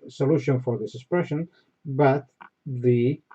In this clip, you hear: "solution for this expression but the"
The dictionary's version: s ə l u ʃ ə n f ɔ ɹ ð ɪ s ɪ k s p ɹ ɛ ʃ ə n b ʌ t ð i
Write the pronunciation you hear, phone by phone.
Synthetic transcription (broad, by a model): s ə l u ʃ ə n f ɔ ɹ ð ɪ s ɪ k s p ɹ ɛ ʃ ə n b ʌ t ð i